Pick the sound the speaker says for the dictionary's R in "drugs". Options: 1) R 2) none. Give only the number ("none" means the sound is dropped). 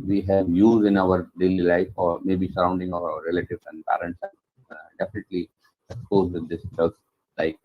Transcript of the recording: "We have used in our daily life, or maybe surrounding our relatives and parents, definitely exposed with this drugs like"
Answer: 2